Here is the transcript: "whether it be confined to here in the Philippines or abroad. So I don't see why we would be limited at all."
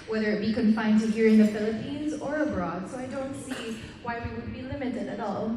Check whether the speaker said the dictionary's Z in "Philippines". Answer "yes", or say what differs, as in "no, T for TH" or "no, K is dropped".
yes